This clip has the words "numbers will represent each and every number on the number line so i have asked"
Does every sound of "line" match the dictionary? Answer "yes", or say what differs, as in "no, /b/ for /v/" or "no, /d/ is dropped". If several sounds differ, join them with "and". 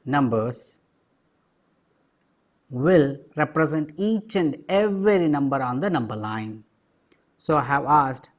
yes